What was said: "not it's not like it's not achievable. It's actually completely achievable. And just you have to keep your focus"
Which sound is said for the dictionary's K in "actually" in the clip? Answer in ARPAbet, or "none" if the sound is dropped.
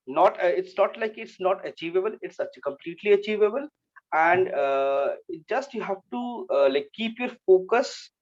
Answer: none